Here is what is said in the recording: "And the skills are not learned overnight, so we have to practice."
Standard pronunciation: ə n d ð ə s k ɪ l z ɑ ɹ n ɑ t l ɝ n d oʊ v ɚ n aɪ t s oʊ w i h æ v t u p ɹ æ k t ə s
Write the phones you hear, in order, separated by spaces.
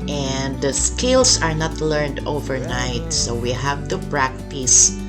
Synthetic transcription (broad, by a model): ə n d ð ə s k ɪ l s ɑ ɹ n ɑ t l ɝ n d oʊ v ɚ n aɪ t s oʊ w i h æ v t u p ɹ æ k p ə s